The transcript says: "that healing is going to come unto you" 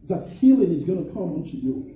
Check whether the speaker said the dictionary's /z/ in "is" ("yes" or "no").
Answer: yes